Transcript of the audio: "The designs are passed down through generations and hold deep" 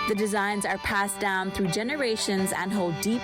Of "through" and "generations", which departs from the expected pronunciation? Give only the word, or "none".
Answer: none